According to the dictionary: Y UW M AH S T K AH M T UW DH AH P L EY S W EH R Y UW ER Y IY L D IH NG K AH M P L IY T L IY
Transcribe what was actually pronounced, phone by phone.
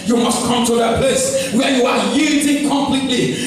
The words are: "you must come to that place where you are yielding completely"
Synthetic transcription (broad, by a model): Y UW M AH S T K AH M T UW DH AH P EY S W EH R Y UW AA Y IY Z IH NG K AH M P L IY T L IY